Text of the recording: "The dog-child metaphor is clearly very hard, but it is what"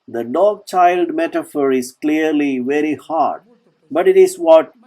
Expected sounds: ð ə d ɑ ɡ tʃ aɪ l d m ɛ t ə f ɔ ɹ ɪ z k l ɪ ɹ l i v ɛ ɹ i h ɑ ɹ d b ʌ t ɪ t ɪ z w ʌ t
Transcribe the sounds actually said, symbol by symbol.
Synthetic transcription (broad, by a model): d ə d ɑ ɡ tʃ aɪ l d m ɛ t ə f ɔ ɹ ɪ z k l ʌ ɹ l i v ɛ ɹ i h ɑ ɹ d b ʌ t ɪ t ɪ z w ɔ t